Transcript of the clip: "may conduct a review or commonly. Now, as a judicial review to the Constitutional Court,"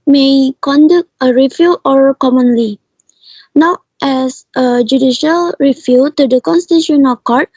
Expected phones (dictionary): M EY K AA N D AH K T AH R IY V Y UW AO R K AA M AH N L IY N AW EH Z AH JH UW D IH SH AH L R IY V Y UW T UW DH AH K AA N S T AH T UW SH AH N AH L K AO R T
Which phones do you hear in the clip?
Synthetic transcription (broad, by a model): M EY K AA N D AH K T AH R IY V Y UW AO R K AA M AH N L IY N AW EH S AH JH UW D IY SH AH L R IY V Y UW T UW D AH K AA N S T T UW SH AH N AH K AO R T